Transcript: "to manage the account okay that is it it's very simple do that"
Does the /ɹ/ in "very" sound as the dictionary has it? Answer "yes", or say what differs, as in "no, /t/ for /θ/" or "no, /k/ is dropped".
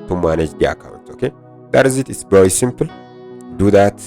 no, /w/ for /ɹ/